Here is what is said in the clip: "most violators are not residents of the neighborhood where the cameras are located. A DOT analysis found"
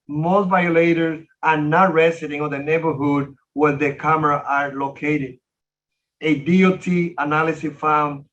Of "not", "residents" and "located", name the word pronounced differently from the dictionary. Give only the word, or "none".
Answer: residents